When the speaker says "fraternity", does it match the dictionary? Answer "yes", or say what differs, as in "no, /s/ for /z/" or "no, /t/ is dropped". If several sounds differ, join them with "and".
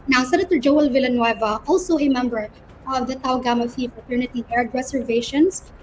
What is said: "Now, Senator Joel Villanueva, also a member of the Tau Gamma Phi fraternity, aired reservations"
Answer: no, /ɹ/ is dropped